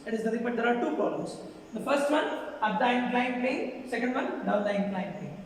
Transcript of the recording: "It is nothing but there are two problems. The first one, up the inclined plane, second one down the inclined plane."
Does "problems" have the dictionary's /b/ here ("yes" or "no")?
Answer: no